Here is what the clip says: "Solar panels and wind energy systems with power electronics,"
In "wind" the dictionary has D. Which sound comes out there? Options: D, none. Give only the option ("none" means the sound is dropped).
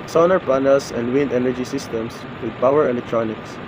D